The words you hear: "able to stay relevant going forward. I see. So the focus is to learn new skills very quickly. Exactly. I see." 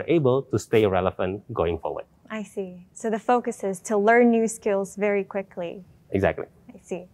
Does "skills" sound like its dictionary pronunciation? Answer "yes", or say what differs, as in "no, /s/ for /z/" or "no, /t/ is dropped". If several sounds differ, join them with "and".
yes